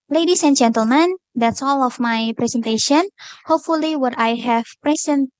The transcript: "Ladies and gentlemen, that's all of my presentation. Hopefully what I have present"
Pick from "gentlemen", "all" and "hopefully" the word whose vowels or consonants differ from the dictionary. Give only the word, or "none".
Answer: none